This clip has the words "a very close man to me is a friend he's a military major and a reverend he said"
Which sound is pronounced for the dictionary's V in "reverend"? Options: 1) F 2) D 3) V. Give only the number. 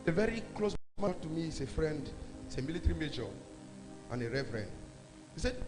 1